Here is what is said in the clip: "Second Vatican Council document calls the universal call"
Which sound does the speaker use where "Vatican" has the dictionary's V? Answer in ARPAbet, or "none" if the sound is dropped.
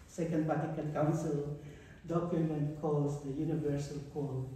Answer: P